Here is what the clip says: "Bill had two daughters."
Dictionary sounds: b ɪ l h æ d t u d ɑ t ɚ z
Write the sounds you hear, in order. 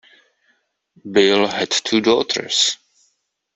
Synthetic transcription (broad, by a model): b ɪ l h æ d t u d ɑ t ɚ s